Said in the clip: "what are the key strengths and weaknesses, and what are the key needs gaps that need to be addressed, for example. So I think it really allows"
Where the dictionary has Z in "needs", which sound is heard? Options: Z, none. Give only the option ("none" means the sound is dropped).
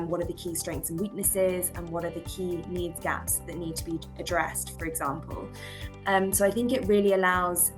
Z